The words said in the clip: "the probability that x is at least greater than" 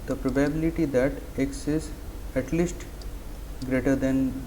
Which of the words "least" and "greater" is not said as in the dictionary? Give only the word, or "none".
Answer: none